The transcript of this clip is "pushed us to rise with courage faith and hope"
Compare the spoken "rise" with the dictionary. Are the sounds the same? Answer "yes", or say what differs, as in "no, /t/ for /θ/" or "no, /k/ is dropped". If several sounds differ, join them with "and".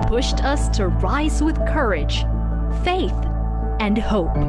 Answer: yes